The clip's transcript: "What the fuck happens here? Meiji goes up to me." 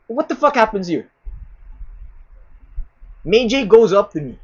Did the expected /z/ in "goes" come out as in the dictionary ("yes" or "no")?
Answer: yes